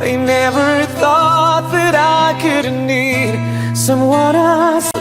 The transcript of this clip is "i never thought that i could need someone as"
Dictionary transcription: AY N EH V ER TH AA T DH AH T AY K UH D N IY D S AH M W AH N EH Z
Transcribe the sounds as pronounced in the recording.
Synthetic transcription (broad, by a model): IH N EH V ER TH AA T DH AH T AY K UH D N IY D S AH M W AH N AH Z